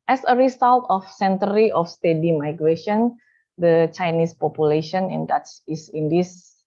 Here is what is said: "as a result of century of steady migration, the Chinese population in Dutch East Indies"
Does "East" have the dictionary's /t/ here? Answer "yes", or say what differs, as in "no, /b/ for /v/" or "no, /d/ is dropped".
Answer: no, /t/ is dropped